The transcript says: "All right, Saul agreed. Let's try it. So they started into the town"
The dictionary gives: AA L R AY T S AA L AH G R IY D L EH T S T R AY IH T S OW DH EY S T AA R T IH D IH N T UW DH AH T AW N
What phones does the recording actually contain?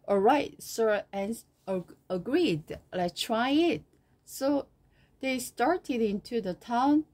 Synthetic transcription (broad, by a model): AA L R AY T S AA N AH G R IY D L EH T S T R AY IH T S OW DH EY S T AA R T IH D IH N T UW DH AH T AW N